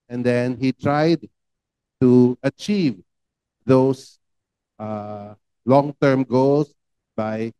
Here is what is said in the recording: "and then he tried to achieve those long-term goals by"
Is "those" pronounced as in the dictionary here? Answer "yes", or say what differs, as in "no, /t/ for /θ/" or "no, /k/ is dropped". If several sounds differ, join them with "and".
no, /s/ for /z/